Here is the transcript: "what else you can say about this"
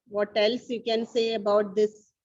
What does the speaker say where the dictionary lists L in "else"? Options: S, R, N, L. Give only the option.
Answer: L